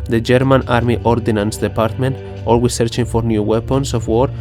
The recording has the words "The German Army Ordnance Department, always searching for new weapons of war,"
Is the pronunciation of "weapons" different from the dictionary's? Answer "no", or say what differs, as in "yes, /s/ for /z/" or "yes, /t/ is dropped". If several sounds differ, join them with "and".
yes, /s/ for /z/